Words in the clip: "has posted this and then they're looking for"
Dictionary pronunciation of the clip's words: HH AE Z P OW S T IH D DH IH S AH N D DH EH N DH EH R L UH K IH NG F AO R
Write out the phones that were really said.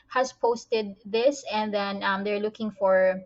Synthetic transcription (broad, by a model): HH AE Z P OW S T IH D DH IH S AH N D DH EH N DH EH R L UH K IH NG F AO R